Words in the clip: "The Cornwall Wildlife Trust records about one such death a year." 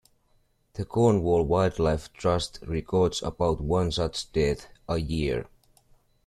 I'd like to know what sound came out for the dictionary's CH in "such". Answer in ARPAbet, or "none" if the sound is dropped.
S